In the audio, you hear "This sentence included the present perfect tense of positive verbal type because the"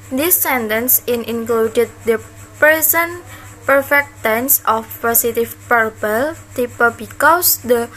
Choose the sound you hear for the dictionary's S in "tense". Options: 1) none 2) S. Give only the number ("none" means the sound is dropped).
2